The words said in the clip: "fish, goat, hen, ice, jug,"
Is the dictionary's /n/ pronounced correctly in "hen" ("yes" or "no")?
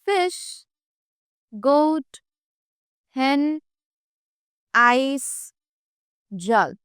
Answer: yes